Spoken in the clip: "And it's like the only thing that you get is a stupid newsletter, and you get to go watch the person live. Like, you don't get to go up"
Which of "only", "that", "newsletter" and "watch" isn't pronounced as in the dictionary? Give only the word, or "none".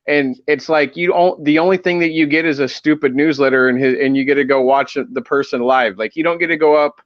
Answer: none